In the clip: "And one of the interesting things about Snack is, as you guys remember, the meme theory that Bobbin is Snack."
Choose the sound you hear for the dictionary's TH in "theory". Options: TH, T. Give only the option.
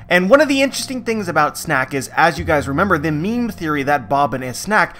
TH